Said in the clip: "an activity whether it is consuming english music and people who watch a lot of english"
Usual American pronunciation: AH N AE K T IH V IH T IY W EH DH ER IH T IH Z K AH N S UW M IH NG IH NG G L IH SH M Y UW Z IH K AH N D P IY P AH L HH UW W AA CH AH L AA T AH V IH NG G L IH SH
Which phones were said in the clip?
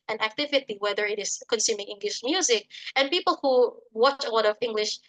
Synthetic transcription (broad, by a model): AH N AE K T IH V IH T IY W EH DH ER IH T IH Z K AH N S UW M IH NG IH NG G L IH SH M Y UW Z IH K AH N P IY P AH L HH UW W AA CH AH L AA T AH V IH NG G L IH SH